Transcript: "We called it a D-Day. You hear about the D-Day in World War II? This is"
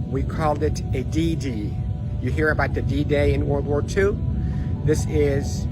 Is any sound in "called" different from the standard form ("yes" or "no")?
no